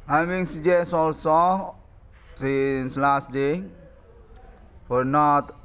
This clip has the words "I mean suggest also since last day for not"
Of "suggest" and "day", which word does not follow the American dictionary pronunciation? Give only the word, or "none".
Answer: suggest